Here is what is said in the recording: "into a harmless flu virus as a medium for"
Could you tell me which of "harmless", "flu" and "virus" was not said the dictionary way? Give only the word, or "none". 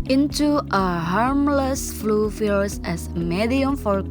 virus